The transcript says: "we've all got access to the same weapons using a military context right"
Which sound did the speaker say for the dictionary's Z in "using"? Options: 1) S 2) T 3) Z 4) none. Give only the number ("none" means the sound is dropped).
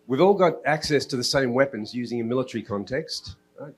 3